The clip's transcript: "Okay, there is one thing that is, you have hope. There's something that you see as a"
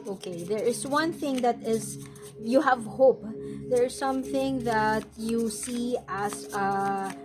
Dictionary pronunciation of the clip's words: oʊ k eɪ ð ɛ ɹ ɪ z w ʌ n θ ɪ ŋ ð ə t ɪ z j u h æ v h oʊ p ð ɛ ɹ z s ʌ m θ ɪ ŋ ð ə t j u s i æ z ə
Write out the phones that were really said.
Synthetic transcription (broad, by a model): oʊ k eɪ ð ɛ ɹ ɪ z w ʌ n θ ɪ ŋ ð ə t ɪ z j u h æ v h oʊ p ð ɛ ɹ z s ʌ m θ ɪ ŋ ð ə t j u s i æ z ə